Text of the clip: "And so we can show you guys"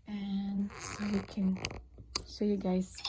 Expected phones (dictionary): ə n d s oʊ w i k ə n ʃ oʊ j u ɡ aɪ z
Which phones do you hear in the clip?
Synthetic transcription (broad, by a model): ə n s oʊ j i k ə n s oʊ j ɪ ɡ aɪ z